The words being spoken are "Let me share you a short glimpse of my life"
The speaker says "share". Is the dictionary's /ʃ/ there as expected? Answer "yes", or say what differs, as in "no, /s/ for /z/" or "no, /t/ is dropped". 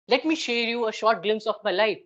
yes